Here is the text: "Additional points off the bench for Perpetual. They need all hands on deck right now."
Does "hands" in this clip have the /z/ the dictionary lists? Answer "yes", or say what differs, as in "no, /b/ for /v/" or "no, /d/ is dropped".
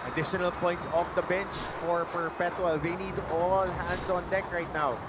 no, /s/ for /z/